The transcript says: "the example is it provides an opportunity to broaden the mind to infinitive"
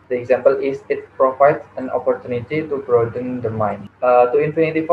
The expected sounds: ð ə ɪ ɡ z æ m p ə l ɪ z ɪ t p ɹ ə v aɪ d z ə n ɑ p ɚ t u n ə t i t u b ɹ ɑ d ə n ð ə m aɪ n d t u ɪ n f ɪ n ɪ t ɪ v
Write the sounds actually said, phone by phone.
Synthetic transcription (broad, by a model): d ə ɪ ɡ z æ m p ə l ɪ s ɪ t p ɹ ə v aɪ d s ə n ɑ p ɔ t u n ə t i t u b ɹ ɑ d ə n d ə m aɪ n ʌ t u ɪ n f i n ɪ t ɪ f